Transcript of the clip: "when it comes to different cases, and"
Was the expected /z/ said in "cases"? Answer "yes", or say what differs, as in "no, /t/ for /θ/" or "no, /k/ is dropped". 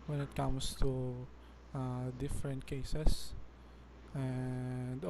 no, /s/ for /z/